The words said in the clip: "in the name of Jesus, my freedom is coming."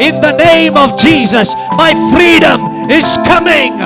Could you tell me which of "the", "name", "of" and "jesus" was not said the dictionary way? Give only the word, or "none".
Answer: none